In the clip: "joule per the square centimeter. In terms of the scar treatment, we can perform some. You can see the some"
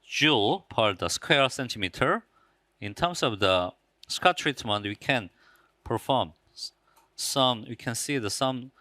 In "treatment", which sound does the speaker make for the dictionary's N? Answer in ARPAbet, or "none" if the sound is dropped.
N